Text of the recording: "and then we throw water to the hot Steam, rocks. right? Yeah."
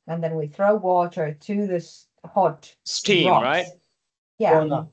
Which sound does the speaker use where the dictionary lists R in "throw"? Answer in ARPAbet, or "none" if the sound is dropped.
R